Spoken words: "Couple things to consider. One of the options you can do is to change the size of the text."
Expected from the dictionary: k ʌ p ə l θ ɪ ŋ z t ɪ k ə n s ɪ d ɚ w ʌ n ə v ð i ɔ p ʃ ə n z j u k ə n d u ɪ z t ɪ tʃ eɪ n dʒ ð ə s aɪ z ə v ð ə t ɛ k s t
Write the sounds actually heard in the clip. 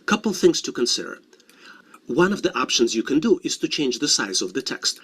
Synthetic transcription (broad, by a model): k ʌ p l θ ɪ ŋ z t ɪ k ə n s ɪ d ɚ w ʌ n ə v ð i ɔ p ʃ ə n z j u k ə n d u ɪ z t ɪ tʃ eɪ n dʒ ð ə s aɪ z ə v ð ə t ɛ k s t